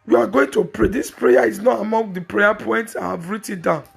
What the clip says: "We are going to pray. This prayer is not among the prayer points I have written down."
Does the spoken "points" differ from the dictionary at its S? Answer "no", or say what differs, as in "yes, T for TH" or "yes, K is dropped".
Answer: no